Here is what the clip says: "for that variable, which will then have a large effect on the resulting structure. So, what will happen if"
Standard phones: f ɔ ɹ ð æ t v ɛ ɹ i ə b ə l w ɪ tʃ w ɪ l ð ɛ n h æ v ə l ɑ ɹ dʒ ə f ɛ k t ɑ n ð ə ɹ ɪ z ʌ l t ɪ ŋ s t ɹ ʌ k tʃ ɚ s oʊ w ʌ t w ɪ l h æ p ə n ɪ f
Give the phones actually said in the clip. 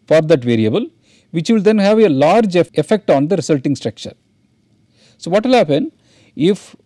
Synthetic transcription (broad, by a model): f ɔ ɹ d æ t v ɛ ɹ i ə b ə l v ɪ tʃ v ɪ l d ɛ n h æ v ə l ɑ ɹ dʒ ə f ɛ k t ɑ n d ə ɹ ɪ s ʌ l t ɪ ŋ s t ɹ ʌ k tʃ ɚ s oʊ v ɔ t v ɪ l h æ p ə n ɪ f